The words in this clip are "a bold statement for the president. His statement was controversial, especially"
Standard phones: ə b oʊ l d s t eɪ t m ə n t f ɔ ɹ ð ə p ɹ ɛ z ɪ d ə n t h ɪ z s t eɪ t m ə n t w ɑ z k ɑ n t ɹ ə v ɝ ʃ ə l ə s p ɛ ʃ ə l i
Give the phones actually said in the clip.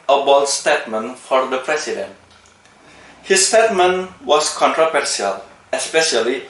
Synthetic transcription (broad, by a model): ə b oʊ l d s t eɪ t m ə n f ɔ ɹ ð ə p ɹ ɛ s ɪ d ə n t h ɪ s t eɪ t m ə n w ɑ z k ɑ n t ɹ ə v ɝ s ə l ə s p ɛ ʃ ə l i